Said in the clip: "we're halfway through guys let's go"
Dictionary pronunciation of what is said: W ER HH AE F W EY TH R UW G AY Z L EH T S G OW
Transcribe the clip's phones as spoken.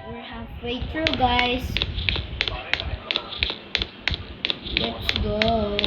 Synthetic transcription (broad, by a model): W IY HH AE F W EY T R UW G AY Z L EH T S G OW